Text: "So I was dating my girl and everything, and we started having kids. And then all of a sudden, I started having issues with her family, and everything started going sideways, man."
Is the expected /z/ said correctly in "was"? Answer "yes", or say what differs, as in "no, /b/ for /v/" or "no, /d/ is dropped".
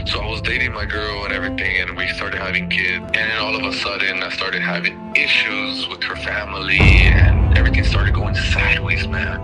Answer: yes